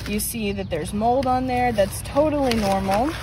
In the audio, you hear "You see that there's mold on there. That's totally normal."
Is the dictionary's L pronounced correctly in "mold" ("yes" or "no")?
yes